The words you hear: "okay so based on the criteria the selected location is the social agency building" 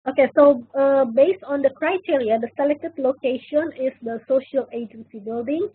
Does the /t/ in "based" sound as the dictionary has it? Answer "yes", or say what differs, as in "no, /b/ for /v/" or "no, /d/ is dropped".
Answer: yes